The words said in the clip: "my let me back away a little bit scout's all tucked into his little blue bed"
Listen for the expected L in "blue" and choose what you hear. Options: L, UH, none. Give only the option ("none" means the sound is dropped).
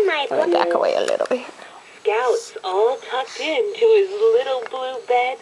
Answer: L